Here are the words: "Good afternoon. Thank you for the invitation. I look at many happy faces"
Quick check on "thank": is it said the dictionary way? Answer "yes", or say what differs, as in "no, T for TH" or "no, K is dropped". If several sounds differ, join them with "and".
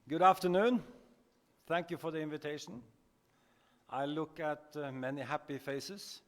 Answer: yes